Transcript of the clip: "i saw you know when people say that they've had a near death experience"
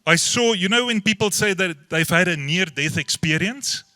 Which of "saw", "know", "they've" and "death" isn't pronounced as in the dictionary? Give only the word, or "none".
none